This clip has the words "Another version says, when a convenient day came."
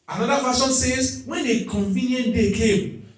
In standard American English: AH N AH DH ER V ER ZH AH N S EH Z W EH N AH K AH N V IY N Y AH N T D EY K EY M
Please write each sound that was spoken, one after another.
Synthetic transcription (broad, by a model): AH N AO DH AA F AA SH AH N S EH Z W EH N AH K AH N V IY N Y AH N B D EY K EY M